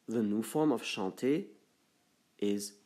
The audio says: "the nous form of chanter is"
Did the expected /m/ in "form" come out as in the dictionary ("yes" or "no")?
yes